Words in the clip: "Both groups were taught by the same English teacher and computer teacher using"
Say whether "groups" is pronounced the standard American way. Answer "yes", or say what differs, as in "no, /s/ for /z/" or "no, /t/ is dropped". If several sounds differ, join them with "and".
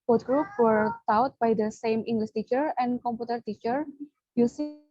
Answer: no, /s/ is dropped